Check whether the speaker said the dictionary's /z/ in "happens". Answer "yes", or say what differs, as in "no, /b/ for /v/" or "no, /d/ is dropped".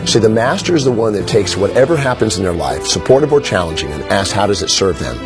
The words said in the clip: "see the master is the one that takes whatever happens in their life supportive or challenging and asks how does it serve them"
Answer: yes